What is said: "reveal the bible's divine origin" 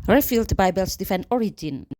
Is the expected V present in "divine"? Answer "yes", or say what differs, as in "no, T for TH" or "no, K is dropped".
no, F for V